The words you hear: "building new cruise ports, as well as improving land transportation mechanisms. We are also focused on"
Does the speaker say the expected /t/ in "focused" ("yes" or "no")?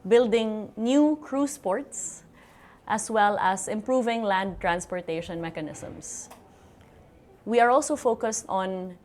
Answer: yes